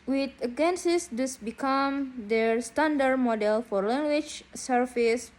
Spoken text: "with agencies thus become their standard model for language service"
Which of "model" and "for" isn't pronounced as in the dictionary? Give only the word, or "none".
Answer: none